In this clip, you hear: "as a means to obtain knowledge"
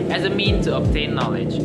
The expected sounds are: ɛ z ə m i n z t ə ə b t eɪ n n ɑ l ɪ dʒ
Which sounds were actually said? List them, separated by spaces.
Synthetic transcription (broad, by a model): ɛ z ə m i n t ə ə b t eɪ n n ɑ l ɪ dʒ